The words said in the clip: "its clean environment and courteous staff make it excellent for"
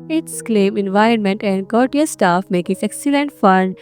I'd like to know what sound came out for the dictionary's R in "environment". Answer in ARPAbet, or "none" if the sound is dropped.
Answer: R